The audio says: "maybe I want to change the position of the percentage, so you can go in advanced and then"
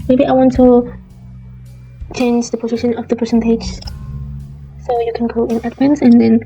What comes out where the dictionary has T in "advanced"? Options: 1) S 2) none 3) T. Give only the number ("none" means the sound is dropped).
2